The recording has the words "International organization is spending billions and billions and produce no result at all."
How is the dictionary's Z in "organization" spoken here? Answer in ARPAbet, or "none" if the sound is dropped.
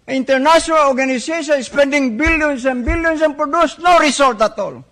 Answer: S